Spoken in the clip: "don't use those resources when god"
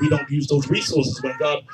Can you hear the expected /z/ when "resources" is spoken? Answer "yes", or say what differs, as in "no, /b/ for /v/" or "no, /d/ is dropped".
yes